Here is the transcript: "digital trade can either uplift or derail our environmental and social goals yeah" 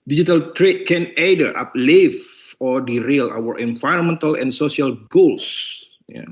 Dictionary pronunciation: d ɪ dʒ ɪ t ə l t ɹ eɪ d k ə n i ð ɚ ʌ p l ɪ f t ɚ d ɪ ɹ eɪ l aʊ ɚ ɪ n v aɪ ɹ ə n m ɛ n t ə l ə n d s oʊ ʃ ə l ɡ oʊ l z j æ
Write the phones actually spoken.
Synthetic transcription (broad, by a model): d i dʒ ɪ t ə l t ɹ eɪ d k ə n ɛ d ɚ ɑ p l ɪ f ɔ d ɪ ɹ eɪ l aʊ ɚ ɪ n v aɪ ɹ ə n m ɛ n t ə l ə n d s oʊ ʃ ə l ɡ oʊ l s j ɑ